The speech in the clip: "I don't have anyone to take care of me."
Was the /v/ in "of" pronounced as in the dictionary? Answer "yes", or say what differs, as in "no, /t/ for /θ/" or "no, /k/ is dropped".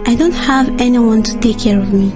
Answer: yes